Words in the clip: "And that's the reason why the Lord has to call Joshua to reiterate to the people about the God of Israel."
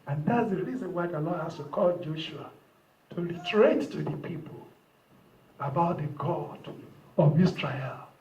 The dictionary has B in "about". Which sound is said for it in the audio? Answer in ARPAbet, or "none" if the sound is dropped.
B